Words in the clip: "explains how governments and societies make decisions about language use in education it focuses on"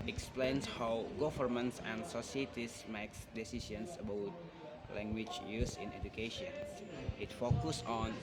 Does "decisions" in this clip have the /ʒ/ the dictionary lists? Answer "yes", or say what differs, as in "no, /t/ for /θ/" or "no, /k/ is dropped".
no, /s/ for /ʒ/